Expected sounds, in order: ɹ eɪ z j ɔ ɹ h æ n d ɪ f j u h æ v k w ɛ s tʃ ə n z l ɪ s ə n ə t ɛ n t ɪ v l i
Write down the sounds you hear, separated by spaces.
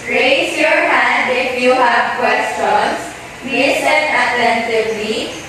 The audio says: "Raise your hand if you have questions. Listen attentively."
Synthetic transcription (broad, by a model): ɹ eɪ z j ɔ ɹ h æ d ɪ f j u h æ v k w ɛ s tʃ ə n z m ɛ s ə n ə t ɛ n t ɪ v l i